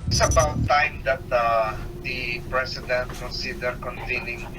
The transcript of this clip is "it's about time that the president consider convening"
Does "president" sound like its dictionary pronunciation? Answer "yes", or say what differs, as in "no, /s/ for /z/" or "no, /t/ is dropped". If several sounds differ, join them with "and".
no, /s/ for /z/